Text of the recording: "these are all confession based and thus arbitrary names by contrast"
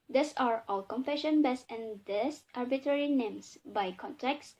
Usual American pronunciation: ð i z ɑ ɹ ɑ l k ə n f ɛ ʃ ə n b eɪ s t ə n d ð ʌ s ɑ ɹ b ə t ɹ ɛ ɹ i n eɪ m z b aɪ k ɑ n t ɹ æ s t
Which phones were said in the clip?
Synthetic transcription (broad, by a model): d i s ɑ ɹ ɑ l k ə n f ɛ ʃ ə n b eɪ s ə n d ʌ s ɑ ɹ b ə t ɹ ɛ ɹ i n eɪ m s b aɪ k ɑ n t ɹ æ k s